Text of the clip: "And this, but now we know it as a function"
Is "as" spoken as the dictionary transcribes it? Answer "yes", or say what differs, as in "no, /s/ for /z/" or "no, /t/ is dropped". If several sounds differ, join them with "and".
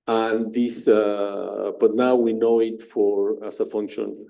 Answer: no, /s/ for /z/